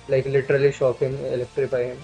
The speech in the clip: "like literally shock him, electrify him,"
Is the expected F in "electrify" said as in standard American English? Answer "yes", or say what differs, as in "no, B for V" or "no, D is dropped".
no, P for F